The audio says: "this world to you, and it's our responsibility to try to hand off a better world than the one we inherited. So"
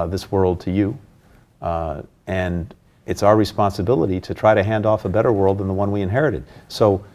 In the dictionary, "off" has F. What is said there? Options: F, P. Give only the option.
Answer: F